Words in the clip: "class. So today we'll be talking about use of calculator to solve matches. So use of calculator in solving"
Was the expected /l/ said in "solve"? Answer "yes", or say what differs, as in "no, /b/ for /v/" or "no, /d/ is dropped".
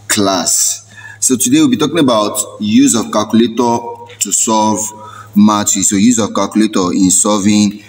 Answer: no, /l/ is dropped